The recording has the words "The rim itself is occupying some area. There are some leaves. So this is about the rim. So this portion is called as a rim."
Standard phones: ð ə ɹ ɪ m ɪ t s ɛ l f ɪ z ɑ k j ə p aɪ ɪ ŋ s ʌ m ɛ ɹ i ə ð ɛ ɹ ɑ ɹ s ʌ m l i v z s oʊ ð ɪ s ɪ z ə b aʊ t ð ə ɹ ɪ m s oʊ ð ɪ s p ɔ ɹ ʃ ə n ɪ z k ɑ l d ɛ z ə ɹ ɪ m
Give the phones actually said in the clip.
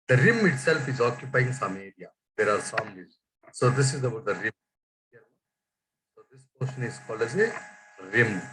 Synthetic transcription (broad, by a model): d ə ɹ ɪ m ɪ t s ɛ l f ɪ z ɑ k j ə p aɪ ɪ ŋ s ʌ m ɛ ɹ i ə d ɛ ɹ ɑ ɹ s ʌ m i z s oʊ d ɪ s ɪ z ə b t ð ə ɹ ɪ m s oʊ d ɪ s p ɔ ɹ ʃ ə n ɪ z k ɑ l ɛ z ə ɹ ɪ m